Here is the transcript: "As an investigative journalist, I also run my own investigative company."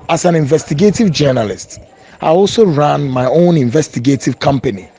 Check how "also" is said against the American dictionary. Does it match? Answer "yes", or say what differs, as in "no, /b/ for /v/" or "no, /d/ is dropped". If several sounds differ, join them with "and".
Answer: yes